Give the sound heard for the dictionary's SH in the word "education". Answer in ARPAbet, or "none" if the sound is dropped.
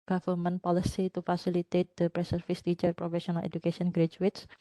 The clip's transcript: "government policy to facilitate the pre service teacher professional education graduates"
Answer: S